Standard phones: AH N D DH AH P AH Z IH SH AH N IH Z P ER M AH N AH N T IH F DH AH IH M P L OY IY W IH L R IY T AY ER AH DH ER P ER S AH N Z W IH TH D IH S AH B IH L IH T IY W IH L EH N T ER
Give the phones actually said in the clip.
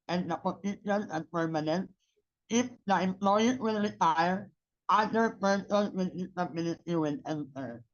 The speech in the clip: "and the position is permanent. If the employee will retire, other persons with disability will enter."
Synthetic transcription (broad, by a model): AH N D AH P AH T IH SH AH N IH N P ER M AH N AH N T IH F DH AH IH M P L OY IY W IH L R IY T AY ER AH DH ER P ER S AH N W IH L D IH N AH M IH N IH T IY W IH L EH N T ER